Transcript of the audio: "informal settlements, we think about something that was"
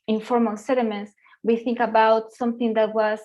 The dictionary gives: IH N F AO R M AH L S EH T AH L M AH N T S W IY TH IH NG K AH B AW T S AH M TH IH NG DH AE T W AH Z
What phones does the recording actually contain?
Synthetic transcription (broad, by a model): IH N F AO R M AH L S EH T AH M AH N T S W IY TH IH NG K AH B AW T S AH M TH IH NG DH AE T W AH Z